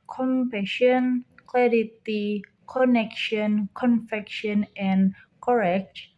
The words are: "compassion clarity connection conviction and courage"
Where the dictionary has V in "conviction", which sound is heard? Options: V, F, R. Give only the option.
F